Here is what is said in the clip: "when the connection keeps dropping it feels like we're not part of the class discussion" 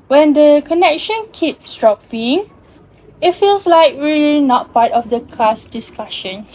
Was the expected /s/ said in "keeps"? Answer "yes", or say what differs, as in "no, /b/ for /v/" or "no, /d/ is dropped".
yes